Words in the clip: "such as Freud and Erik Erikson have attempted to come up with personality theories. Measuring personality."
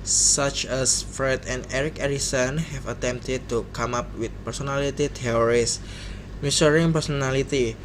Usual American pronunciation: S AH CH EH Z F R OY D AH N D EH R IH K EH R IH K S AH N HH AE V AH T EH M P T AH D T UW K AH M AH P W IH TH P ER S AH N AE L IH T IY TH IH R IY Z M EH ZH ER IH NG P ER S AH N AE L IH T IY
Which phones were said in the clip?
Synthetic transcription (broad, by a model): S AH CH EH S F R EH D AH N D EH R IH K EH R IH S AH N HH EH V AH T EH M P T AH D T UW K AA M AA P W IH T P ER S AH N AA L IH T IY T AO R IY S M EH S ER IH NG P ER S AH N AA L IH T IY